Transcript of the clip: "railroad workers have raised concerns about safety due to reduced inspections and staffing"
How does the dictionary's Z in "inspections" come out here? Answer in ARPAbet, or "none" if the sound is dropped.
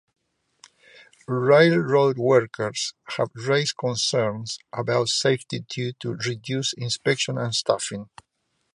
none